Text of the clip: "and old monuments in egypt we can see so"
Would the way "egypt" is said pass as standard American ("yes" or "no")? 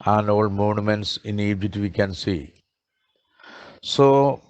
no